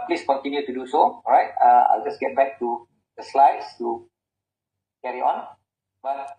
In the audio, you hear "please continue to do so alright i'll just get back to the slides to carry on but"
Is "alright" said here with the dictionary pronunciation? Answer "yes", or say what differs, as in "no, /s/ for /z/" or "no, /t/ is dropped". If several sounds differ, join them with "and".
no, /l/ is dropped